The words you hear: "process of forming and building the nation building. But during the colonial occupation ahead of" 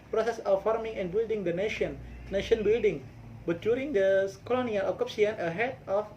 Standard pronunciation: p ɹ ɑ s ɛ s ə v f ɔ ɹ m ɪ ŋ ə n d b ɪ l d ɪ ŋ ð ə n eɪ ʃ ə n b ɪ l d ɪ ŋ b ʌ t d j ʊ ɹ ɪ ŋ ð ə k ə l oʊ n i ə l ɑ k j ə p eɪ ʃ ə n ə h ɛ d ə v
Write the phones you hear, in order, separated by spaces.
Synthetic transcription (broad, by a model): p ɹ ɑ s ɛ s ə f ɔ ɹ m ɪ ŋ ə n b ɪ l d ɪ ŋ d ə n eɪ ʃ ə n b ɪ l d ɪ ŋ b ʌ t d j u ɹ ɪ ŋ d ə k ə l oʊ n i ə l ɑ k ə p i ə n ə h ɛ d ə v